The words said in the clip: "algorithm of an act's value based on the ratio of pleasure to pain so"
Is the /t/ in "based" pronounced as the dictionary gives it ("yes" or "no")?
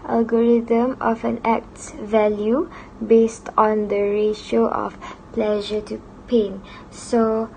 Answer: yes